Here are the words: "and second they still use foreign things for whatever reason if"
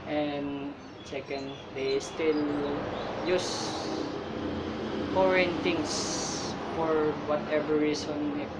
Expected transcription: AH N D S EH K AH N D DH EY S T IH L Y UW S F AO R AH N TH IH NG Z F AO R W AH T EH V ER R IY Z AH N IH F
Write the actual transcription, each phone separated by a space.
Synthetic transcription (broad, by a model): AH N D S EH K AH N D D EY S T IH L Y UW S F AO R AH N T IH NG S F AO R W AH T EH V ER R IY S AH N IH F